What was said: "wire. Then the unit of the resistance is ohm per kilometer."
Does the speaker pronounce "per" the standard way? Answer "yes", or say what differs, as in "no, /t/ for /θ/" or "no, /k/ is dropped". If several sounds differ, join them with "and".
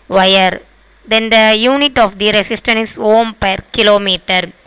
yes